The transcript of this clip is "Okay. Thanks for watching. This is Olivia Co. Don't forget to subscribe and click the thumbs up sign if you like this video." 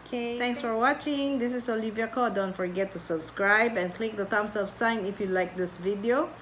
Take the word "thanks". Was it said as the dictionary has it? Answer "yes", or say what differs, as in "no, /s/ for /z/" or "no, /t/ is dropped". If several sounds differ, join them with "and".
no, /t/ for /θ/